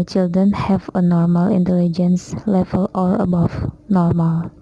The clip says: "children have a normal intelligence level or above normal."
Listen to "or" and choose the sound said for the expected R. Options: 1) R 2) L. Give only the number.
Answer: 2